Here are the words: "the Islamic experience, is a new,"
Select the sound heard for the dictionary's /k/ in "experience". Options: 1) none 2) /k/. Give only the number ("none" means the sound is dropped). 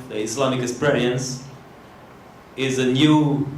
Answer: 1